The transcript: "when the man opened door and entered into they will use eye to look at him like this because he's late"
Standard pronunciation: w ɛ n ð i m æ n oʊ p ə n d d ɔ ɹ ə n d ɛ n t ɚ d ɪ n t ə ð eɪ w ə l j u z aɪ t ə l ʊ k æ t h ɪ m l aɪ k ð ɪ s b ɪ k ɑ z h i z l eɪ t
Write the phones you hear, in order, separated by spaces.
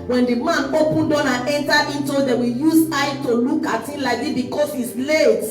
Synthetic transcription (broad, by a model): w ɛ n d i m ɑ n oʊ p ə n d d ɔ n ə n ɛ n t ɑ ɪ n t ə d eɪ w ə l j u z aɪ t ə l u k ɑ t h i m l aɪ k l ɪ b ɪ k ɑ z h i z l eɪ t